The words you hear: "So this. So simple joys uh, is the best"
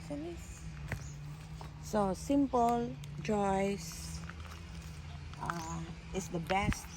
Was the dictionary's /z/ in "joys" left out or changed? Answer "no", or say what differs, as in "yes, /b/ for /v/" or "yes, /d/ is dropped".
yes, /s/ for /z/